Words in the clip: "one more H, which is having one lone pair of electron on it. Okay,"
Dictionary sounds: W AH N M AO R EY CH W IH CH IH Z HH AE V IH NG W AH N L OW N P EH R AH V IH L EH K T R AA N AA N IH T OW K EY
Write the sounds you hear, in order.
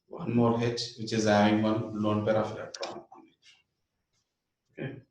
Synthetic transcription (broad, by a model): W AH N M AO R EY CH W IH CH IH Z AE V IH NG W AH N L OW N P EH R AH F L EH T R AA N AA N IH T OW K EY